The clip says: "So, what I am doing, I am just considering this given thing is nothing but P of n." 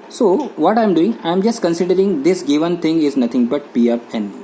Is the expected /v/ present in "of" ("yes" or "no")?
no